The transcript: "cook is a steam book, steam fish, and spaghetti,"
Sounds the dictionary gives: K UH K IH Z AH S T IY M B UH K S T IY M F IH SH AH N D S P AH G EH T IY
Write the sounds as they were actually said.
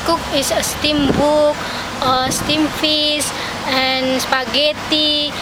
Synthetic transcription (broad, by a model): K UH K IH S AH S T IY M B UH K S T IY M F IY S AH N S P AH G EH T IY